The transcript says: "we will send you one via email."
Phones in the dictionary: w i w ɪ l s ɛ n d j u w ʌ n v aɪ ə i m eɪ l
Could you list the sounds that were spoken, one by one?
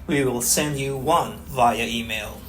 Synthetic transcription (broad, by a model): w i w ɪ l s ɛ n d j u w ʌ n v aɪ ə i m eɪ l